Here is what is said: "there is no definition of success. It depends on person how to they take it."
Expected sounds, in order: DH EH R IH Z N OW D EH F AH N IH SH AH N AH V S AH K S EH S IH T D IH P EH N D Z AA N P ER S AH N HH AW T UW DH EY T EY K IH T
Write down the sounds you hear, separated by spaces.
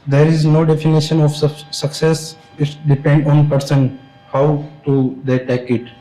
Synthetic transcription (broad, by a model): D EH R IH Z N OW D EH F AH N IH SH AH N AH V S AH K S EH S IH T D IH P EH N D AA N P ER S AH N HH AW T UW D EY T EY K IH T